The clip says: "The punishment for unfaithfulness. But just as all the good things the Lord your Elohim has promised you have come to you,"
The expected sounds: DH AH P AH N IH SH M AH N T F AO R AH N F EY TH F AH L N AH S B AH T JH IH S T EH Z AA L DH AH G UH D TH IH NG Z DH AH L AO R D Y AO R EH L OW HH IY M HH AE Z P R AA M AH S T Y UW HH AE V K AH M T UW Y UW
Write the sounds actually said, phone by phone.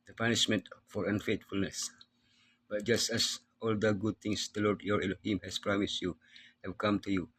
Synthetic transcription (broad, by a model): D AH P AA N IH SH M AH N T F AO R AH N F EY T F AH L N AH S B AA T JH IH S T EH S AA L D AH G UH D T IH NG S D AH L AO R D Y AO R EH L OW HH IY M HH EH S P R AA M AH S T Y UW HH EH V K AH M T UW Y UW